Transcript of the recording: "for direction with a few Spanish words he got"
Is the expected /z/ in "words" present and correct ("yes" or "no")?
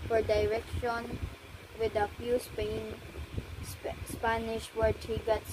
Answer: no